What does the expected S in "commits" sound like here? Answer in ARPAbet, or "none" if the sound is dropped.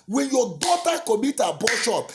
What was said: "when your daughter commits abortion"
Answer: none